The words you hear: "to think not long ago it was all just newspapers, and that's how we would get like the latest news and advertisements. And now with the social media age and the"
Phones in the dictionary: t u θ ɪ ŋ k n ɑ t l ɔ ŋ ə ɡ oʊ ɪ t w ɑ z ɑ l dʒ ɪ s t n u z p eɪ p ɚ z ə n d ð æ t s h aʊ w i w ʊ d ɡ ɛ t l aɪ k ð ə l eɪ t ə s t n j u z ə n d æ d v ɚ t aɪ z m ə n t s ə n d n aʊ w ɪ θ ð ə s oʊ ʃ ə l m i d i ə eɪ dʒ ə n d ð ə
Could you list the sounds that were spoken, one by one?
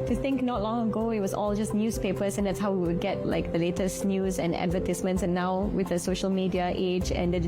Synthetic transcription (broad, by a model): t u θ ɪ ŋ k n ɑ t l ɔ ŋ ə ɡ oʊ ɪ t w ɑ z ɑ l dʒ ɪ s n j u s p eɪ p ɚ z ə n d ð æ t s h aʊ w i w ʊ d ɡ ɛ t l aɪ k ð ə l eɪ t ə s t n j u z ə n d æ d v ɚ t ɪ s m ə n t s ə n n aʊ w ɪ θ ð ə s oʊ ʃ ə l m i d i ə eɪ dʒ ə n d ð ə